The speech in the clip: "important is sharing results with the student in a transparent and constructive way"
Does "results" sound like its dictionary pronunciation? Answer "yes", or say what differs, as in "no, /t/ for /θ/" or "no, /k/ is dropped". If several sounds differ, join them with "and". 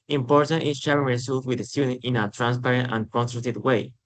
no, /s/ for /z/ and /s/ is dropped